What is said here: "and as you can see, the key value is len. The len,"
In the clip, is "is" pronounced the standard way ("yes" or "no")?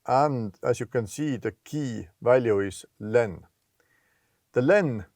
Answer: no